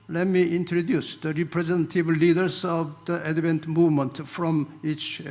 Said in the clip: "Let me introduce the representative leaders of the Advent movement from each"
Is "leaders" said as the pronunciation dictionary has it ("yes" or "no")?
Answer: no